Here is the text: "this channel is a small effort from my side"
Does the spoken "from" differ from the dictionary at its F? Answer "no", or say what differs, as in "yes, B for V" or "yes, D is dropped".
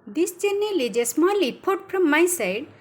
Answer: yes, P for F